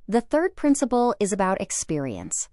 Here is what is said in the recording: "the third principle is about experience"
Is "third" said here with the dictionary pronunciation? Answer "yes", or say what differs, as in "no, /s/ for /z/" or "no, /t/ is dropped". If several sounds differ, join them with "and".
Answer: yes